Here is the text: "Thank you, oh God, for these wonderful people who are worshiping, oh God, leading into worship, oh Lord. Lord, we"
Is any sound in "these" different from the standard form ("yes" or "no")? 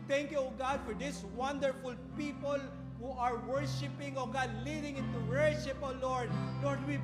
yes